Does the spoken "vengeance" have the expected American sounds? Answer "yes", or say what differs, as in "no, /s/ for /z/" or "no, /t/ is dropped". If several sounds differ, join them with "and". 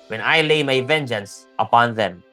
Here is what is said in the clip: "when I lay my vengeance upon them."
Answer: yes